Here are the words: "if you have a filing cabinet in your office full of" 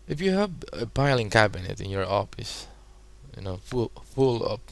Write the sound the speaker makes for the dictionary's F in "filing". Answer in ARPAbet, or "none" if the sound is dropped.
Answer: P